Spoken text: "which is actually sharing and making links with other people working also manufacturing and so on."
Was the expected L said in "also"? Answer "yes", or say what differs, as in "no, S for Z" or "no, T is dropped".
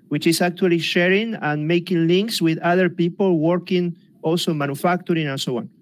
yes